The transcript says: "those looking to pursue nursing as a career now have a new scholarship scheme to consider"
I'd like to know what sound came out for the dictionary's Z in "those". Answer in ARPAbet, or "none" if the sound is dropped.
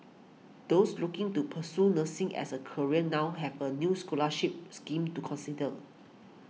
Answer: S